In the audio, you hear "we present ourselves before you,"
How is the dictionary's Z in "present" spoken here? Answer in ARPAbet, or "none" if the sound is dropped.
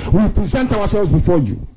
Z